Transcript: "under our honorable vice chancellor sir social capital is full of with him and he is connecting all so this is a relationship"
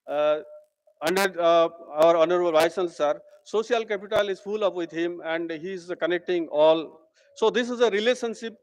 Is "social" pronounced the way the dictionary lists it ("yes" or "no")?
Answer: no